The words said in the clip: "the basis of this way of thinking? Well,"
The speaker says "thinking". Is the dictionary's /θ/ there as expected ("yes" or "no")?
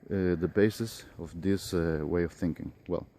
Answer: yes